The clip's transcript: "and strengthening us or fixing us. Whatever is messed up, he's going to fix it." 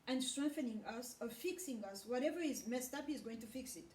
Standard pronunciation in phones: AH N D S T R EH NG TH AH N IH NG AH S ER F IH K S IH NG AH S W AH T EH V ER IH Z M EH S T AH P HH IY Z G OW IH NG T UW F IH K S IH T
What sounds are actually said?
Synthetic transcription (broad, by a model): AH N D S T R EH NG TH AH N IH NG AH S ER F IH K S IH NG AH S W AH T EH V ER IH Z M EH S T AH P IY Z G OW IH NG T UW F IH K S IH T